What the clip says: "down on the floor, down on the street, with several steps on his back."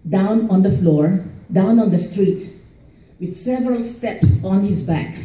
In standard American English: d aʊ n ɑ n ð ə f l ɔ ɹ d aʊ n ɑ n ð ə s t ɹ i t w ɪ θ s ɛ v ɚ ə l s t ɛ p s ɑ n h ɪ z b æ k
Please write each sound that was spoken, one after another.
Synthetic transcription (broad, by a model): d aʊ n ɑ n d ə f l ɔ ɹ d aʊ n ɑ n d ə s t ɹ i t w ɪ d s ɛ v ɚ ə l s t ɛ p s ɑ n h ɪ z b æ k